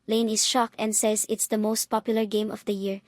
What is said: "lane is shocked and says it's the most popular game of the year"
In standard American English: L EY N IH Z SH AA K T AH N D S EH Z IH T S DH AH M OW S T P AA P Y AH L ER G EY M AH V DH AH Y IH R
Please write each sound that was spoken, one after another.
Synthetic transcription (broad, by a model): L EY N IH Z SH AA K AH N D S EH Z IH T S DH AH M OW S T P AA P Y AH L ER G EY M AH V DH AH Y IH R